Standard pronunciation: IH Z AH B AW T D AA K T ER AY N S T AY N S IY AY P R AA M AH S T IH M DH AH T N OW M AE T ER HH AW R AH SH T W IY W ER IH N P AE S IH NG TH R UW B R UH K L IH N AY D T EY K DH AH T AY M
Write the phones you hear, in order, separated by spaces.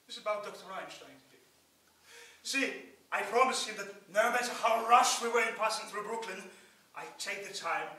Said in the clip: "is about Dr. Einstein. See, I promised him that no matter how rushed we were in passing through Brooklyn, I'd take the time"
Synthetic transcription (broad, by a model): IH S AH B AW T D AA K T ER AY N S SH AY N S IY AY P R AA M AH S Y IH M DH AH T N OW M AE T ER HH AW R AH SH W IY W ER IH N P AE S IH NG TH R UW B R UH K L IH N AY T EY K DH AH T AY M